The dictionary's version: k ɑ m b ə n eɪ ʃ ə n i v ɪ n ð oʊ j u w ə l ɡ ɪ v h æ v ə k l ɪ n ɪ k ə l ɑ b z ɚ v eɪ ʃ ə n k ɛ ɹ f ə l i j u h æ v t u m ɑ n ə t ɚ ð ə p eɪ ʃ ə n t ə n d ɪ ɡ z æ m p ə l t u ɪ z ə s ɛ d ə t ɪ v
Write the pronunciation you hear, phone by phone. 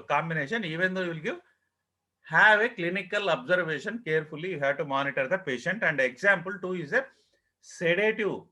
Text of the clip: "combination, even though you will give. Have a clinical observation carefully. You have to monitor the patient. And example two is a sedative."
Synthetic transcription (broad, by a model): k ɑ m b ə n eɪ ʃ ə n i v ɪ n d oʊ j u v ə l ɡ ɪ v h æ v ə k l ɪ n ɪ k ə l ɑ b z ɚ v eɪ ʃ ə n k ɛ ɹ f ə l i j u h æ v t u m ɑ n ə t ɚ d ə p eɪ ʃ ə n t ə n d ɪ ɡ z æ m p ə l t u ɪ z ə s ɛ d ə t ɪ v